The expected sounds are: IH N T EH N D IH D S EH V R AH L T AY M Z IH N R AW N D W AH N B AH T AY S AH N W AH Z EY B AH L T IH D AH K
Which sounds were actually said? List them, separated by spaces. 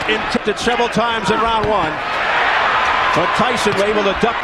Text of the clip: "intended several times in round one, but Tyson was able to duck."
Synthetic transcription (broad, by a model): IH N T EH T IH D S EH V R AH L T AY M Z IH N R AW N W AH N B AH T AY S AH N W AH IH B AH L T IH D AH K